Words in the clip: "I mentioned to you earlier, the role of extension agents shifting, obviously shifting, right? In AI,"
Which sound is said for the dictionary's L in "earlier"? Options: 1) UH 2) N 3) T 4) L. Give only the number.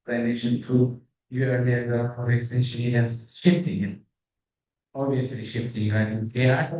2